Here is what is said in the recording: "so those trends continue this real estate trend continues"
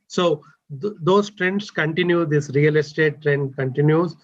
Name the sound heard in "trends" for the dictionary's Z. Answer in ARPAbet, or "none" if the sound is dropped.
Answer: S